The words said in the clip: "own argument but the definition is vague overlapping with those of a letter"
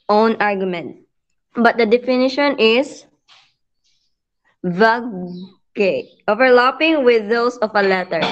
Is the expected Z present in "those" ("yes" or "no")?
no